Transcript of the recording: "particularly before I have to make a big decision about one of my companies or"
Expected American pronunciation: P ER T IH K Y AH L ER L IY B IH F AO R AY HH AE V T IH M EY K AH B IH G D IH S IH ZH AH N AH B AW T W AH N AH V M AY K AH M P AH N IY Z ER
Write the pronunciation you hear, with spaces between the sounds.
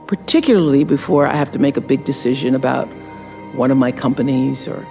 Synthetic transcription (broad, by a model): P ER T IH K Y L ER L IY B IH F AO R AY HH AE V T IH M EY K AH B IH G D IH S IH ZH AH N AH B AW T W AH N AH V M AY K AH M P AH N IY Z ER